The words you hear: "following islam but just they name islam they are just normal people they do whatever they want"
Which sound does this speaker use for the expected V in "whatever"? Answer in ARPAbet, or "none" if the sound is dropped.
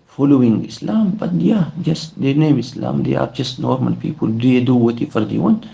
F